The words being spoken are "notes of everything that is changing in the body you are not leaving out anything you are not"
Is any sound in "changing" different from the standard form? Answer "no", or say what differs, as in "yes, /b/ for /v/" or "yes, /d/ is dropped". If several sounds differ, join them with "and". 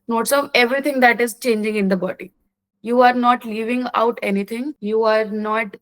no